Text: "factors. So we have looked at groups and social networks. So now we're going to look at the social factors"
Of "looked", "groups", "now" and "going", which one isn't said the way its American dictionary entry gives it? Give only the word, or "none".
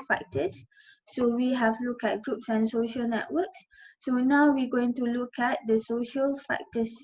looked